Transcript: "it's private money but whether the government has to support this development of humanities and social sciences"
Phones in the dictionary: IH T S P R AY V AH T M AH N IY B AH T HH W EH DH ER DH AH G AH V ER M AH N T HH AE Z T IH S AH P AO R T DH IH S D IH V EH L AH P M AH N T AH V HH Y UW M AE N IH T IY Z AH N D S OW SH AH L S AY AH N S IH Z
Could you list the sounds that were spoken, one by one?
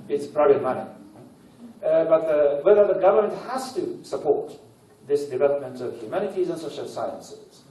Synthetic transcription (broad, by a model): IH T S P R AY B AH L M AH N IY B AH T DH W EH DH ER DH AH G AH V ER M AH N T HH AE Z T IH S AH P AO R T DH IH S D IH V EH L AH P M AH N T AH V HH Y UW M AE N IH T IY Z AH N S OW SH AH L S AY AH N S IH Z